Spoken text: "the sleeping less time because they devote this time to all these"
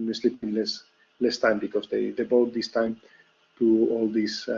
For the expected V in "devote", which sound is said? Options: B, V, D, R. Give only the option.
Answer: B